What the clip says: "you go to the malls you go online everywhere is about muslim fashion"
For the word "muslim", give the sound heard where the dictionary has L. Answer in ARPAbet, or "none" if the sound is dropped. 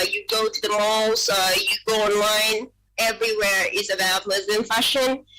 none